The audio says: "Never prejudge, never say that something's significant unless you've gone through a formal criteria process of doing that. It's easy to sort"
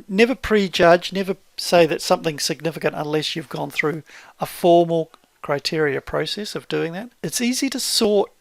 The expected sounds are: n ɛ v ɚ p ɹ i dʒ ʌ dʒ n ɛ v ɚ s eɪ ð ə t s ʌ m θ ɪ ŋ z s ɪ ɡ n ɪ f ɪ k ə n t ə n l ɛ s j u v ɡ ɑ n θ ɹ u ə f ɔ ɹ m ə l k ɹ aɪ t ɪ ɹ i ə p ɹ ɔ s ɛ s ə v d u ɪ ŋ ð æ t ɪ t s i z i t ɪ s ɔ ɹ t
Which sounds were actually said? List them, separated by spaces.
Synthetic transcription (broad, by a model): n ɛ v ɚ p ɹ i dʒ ʌ dʒ n ɛ v ɚ s eɪ ð ə t s ʌ m θ ɪ ŋ s ɪ ɡ n ɪ f ɪ k ə n t ə n l ɛ s j u v ɡ ɑ n θ ɹ u ə f ɔ ɹ m l k ɹ aɪ t ɪ ɹ i ə p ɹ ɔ s ɛ s ə v d u ɪ ŋ ð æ t ɪ t s i z i t ɪ s ɔ ɹ t